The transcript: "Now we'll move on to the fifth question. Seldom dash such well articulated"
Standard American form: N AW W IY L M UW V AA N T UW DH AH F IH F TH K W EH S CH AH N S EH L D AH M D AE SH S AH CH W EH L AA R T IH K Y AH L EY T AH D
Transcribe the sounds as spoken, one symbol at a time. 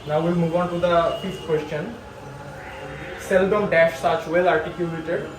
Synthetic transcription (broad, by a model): N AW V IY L M UW V AA N T UW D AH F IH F T K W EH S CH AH N S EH L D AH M D AE SH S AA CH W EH L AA R T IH K Y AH L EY T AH D